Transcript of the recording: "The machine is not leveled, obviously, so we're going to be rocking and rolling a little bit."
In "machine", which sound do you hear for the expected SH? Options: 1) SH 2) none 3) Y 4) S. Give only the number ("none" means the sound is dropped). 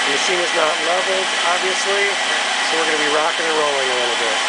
4